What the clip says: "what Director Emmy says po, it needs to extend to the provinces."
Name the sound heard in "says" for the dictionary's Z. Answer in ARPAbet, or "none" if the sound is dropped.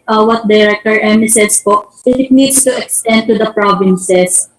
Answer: S